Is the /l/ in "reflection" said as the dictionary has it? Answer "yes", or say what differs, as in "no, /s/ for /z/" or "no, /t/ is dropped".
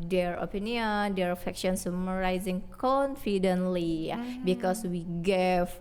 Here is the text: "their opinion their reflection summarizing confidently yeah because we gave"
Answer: no, /l/ is dropped